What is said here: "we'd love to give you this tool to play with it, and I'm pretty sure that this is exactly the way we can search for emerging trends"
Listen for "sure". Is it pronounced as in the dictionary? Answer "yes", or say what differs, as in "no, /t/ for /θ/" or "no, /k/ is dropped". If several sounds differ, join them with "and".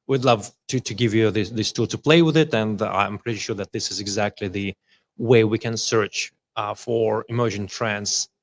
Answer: yes